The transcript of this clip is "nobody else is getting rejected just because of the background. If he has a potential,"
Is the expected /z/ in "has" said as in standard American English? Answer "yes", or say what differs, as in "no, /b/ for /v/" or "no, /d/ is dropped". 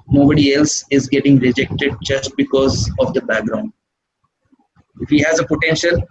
yes